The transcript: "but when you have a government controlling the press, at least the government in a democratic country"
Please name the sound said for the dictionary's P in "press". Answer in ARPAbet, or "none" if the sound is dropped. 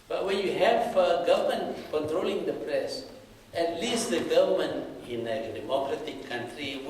P